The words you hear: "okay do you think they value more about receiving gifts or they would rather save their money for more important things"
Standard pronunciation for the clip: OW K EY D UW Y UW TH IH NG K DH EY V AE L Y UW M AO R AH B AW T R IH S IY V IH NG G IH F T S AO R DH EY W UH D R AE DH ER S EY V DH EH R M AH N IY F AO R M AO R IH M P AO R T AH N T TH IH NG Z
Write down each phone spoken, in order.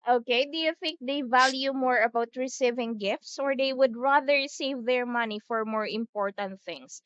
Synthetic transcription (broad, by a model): OW K EY D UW Y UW TH IH NG K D EY V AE L Y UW M AO R AH B AW T R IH S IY V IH NG G IH F T S AO R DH EY W UH D R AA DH ER S EY V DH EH R M AH N IY F AO R M AO R IH M P AO R T AH N T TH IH NG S